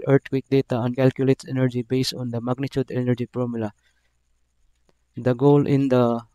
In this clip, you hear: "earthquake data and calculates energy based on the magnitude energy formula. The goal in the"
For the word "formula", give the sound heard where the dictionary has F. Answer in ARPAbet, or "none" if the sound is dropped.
P